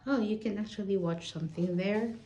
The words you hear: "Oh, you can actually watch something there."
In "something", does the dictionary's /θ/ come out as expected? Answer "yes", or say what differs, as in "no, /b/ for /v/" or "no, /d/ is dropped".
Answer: yes